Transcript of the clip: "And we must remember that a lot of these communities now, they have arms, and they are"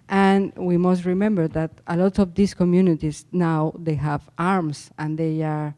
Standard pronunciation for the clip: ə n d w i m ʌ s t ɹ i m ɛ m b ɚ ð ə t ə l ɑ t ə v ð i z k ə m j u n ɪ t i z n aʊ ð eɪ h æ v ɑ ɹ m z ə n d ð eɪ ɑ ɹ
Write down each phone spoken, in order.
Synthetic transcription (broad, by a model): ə n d w i m ʌ s t ɹ i m ɛ m b ɚ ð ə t ə l ɑ t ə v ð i s k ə m j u n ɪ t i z n aʊ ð eɪ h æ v ɑ ɹ m s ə n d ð eɪ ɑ ɹ